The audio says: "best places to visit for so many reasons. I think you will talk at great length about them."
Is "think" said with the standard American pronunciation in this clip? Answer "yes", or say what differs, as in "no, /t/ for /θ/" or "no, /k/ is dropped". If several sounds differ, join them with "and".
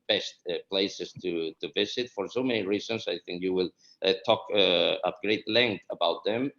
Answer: yes